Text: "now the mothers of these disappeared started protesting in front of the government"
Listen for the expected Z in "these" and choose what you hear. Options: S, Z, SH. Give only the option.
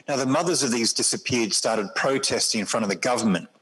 Z